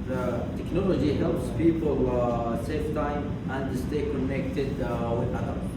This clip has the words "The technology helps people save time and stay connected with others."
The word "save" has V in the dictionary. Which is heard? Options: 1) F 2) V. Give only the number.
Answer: 1